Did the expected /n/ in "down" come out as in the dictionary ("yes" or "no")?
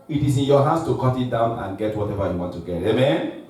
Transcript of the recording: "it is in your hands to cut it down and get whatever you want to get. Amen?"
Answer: yes